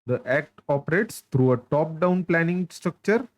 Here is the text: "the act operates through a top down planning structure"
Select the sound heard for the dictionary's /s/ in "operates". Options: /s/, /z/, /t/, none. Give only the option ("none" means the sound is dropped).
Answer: /s/